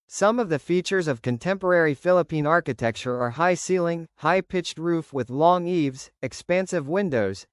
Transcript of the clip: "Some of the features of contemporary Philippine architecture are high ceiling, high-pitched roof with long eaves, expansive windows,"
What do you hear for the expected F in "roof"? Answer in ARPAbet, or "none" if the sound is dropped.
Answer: F